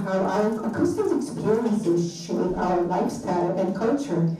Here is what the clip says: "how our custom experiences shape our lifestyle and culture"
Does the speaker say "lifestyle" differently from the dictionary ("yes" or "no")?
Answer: no